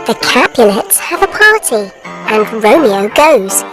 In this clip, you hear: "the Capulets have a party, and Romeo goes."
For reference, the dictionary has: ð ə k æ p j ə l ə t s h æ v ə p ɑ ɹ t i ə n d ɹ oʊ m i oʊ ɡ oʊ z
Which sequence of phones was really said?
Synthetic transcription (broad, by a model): ð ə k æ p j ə n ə t s h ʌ v ə p ɑ ɹ t i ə n ɹ oʊ m i oʊ ɡ oʊ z